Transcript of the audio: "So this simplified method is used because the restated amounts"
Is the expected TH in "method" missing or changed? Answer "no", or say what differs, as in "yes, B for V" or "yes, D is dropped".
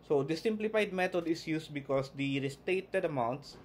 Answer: yes, T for TH